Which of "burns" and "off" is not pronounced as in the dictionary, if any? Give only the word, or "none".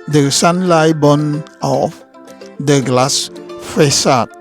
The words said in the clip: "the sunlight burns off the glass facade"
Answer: burns